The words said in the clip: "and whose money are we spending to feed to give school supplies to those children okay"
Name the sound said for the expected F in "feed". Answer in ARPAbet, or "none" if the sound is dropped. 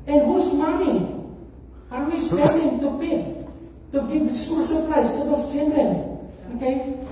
P